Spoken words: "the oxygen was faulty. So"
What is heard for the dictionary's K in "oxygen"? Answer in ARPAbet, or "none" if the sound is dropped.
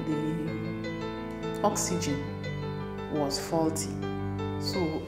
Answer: K